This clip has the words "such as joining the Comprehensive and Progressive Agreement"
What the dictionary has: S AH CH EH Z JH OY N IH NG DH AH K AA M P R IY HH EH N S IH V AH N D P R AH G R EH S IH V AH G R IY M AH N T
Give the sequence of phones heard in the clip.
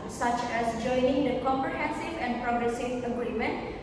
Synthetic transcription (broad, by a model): S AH CH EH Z JH OY N IH NG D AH K AA M P R IY HH EH N S IH V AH N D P R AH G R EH S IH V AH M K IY M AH N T